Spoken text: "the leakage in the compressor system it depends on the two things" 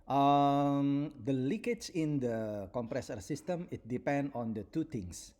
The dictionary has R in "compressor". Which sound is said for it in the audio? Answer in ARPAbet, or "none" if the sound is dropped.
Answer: R